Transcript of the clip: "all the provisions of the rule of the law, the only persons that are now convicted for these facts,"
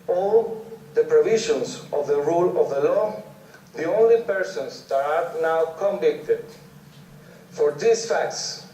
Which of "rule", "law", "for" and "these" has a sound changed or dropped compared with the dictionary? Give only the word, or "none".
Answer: these